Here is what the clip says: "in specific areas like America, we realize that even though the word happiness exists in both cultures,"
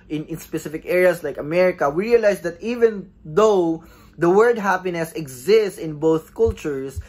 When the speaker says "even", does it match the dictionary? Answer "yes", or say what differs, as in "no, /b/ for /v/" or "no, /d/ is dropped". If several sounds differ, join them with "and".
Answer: yes